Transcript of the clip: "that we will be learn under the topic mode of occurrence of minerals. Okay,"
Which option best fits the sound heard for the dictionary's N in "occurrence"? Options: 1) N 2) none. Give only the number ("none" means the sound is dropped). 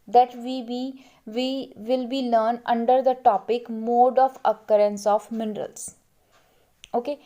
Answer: 1